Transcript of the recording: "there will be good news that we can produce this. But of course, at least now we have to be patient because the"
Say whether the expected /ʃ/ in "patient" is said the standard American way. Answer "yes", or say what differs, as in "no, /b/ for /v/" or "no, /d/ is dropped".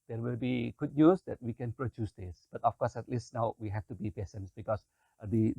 no, /s/ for /ʃ/